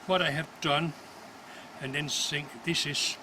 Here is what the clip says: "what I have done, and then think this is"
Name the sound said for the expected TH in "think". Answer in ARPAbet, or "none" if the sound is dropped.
S